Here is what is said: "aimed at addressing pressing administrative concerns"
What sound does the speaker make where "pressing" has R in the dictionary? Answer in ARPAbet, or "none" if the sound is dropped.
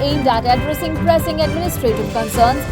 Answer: R